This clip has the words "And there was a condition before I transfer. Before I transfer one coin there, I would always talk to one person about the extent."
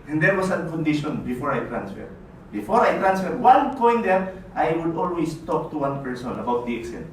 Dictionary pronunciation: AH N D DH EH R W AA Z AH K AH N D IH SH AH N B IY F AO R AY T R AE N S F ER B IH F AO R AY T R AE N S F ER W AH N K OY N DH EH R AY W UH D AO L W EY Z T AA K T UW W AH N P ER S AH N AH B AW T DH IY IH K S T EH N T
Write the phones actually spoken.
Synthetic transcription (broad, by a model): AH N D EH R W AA S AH K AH N D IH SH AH N B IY F AO R AY T R AE N S F ER B IH F AO R AY T R AE N S F ER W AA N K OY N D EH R AY W UH D AO L W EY S T AA K T UW W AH N P ER S AH N AH B AW T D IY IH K S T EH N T